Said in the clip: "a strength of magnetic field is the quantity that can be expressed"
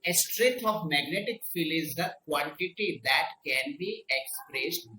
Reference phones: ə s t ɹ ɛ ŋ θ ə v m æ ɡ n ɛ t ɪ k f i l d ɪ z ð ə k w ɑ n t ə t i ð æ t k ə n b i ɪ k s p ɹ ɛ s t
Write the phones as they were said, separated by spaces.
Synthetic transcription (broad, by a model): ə s t ɹ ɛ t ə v m æ ɡ n ɛ t ɪ k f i l ɪ z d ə k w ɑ n t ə t i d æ t k ə n b i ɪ k s p ɹ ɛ s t